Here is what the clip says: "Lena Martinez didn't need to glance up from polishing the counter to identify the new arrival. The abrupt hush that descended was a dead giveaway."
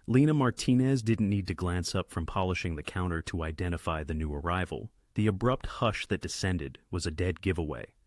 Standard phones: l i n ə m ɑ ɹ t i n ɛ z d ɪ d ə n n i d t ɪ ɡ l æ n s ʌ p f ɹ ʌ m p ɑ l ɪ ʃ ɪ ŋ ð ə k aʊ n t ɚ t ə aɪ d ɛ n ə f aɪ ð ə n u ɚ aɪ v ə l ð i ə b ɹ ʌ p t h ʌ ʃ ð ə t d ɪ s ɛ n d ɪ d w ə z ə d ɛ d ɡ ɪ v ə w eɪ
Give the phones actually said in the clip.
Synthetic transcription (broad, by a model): l i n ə m ɑ ɹ t i n ɛ z d ɪ d n n i d t ɪ ɡ l æ n s ʌ p f ɹ ʌ m p ɑ l ɪ ʃ ɪ ŋ ð ə k aʊ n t ɚ t ə aɪ d ɛ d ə f aɪ ð ə n u ɚ aɪ v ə l ð i ə b ɹ ʌ p t h ʌ ʃ ð ə t d ɪ s ɛ n d ɪ d w ə z ə d ɛ d ɡ ɪ v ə w eɪ